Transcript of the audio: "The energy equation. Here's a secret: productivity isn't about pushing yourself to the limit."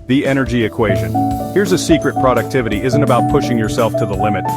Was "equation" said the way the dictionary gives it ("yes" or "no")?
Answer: yes